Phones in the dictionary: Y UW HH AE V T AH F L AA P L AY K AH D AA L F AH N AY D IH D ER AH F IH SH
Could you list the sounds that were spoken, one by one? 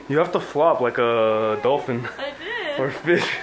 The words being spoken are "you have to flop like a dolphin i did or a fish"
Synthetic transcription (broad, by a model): Y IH HH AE F T AH F L AA P L AY K AH D AA L F AH N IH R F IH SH